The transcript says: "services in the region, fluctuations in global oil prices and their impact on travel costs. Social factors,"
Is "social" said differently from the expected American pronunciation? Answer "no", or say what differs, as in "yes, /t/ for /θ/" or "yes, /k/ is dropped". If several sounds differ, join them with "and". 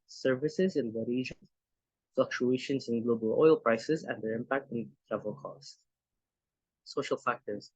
no